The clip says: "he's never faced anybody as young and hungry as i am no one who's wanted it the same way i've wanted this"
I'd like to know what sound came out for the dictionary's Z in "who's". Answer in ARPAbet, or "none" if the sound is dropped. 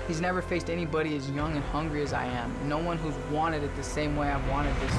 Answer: Z